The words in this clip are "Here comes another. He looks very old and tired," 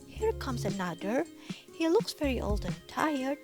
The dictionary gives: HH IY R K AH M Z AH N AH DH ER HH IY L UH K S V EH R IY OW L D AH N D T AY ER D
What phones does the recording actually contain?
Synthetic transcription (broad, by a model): HH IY R K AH M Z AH N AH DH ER HH IY L UH K S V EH R IY OW L D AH N T AY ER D